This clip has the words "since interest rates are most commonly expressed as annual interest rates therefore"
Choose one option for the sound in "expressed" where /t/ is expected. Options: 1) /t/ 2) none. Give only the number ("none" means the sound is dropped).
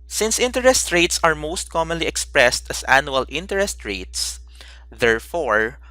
1